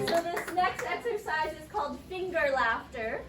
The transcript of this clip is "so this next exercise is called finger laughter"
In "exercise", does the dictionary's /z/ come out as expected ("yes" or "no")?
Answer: yes